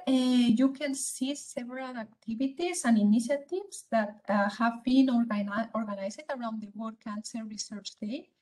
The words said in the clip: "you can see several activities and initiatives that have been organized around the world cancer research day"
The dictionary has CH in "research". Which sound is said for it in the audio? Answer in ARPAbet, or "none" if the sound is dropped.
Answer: CH